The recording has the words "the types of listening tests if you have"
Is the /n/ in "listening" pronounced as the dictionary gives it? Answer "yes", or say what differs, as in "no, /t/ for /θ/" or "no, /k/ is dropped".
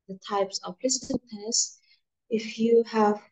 no, /n/ is dropped